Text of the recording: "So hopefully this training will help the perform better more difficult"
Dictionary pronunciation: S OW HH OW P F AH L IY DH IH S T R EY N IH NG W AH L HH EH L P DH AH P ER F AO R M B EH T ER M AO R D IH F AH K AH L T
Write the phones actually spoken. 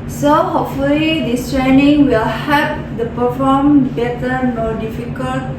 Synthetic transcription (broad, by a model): S OW HH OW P F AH L IY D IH S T R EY N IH NG W AH L HH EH P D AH P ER F AO M B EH T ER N AO D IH F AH K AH L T